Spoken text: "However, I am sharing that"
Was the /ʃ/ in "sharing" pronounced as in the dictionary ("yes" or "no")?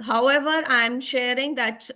yes